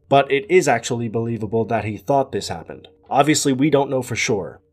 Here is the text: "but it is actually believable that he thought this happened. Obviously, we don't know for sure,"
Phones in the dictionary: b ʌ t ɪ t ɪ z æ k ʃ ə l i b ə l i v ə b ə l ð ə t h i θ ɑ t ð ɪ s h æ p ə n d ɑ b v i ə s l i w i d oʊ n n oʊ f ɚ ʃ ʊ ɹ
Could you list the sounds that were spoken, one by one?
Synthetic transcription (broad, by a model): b ʌ t ɪ t ɪ z æ k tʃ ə l i b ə l i v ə b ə l ð ə t h i θ ɑ t ð ɪ s h æ p ə n d ɑ b v i ə s l i w i d oʊ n n oʊ f ɚ ʃ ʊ ɹ